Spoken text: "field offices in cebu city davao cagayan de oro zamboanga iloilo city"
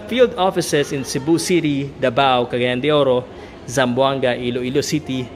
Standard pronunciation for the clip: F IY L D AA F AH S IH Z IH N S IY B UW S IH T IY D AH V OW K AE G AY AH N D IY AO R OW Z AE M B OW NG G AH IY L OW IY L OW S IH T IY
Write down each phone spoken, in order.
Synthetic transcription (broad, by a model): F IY L D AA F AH S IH S IH N S IY B UW S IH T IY D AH B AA K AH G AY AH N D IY AO R OW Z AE M B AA NG G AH IY L OW IY L OW S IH T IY